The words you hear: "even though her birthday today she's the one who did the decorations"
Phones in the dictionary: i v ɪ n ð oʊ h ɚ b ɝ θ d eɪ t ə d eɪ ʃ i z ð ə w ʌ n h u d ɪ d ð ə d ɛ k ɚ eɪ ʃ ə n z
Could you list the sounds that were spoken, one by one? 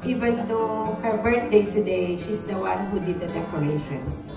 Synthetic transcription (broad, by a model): i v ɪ n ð oʊ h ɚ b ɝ t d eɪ t ə d eɪ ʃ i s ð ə w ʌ n h u d ɪ d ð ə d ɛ k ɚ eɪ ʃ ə n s